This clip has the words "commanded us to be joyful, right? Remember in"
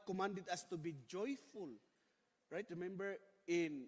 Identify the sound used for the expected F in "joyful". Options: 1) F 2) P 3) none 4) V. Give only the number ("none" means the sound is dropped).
1